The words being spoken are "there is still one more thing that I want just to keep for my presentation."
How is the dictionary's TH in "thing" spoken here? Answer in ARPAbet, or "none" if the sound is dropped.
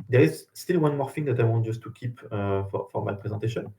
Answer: F